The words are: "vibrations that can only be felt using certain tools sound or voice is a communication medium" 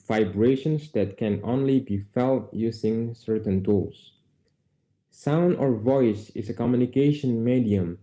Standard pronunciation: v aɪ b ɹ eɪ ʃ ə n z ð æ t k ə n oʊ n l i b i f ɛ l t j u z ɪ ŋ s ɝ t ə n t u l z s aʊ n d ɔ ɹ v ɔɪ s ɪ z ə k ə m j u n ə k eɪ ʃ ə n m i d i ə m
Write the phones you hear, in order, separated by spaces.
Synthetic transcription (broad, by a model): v aɪ b ɹ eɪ ʃ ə n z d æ t k ə n oʊ n l i b i f ɛ l t j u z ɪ ŋ s ɝ t ə n t u l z s aʊ n d ɔ ɹ v ɔɪ s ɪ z ə k ə m j u n ə k eɪ ʃ ə n m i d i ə m